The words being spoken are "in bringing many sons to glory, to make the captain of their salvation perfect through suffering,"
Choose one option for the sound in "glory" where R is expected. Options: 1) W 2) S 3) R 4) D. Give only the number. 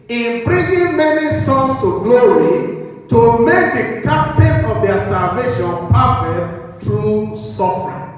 1